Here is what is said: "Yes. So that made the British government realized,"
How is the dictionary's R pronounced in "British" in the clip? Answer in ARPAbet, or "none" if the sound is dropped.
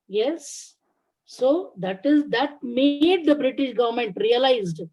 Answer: R